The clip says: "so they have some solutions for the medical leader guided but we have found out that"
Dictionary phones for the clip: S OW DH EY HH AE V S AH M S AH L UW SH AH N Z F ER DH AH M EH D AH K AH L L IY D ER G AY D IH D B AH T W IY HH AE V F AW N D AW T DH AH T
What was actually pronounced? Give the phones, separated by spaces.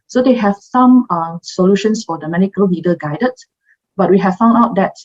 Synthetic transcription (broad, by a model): S OW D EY HH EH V S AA M S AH L UW SH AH N S F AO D AH M EH D AH K AH L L IY D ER G AY D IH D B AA T W IY HH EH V F AW N D AW T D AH T